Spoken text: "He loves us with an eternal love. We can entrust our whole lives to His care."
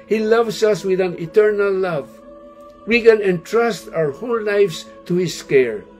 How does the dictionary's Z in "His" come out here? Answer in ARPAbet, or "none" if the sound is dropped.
S